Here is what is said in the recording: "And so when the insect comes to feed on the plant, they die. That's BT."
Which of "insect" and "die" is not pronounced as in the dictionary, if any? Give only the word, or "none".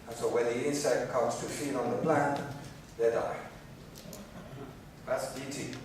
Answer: none